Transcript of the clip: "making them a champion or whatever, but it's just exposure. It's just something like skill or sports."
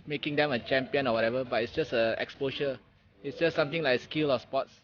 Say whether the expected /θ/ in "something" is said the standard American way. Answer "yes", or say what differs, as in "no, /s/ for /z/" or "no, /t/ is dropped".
no, /t/ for /θ/